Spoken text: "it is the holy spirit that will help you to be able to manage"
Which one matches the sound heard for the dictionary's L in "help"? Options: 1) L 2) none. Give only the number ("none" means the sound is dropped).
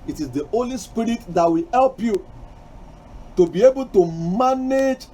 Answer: 1